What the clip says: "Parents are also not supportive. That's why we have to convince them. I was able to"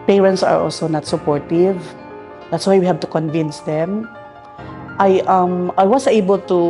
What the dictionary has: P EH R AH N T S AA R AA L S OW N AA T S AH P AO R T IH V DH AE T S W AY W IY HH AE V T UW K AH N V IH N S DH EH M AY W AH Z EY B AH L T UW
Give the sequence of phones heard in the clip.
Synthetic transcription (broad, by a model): P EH R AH N T S AA R AA L S OW N AA T S AH P AO R T IH V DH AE T S W AY W IY HH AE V T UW K AH N V IH N S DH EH M AY W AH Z EY B AH L T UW